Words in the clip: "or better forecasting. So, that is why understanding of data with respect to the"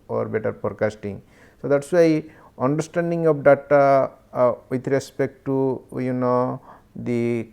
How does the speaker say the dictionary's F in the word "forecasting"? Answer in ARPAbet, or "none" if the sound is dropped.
P